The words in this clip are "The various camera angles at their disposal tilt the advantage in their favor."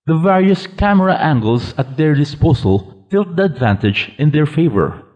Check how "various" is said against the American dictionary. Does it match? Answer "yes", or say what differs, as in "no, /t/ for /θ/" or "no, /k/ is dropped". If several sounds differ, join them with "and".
yes